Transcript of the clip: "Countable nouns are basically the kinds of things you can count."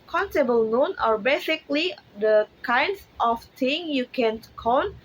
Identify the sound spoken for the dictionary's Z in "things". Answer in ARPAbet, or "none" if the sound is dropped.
none